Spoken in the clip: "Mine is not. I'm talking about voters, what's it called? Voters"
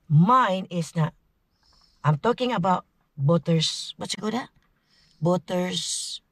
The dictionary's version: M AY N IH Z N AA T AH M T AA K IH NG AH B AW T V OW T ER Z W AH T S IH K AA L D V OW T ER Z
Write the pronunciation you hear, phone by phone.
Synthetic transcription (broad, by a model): M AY N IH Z N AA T AH M T AA K IH NG AH B AW T B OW T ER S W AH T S IH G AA D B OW T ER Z